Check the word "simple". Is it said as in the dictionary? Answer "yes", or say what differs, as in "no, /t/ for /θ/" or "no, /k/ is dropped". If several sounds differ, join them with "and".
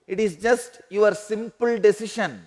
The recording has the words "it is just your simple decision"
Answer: yes